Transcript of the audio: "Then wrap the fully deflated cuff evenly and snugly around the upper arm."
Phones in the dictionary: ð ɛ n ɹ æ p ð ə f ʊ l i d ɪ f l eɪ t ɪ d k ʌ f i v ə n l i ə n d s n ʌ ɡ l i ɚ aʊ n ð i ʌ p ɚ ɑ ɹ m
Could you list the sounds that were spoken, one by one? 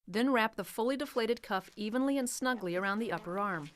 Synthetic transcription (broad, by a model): ð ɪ n ɹ æ p ð ə f ʊ l i d ɪ f l eɪ t ɪ d k ʌ f i v ə n l i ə n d s n ʌ ɡ l i ɚ aʊ n ð i ʌ p ɚ ɑ ɹ m